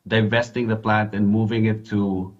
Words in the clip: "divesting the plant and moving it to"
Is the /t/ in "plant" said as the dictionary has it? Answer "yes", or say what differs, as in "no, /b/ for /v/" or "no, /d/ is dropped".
yes